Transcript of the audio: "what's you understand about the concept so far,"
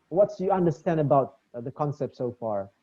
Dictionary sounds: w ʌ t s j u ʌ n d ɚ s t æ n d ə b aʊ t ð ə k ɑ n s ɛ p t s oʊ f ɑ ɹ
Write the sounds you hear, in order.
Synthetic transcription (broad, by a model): w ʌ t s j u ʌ n d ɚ s t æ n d ə b aʊ t ð ə k ɑ n s ɛ p t s oʊ f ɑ ɹ